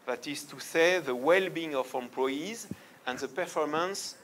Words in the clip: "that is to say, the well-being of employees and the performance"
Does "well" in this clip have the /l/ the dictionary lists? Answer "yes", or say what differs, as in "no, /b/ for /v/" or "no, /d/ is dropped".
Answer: yes